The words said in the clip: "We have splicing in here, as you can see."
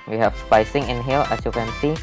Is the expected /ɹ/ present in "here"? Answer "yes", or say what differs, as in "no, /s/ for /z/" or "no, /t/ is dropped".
no, /l/ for /ɹ/